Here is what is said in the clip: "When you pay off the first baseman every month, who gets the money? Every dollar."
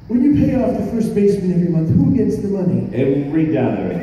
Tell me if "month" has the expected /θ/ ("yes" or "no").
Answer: yes